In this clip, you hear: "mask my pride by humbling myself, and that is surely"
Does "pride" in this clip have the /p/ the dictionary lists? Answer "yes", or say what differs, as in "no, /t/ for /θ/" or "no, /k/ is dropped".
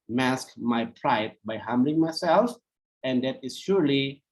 yes